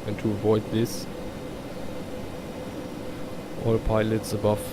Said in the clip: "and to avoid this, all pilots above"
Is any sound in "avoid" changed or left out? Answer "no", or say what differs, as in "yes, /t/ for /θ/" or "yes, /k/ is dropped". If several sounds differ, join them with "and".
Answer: no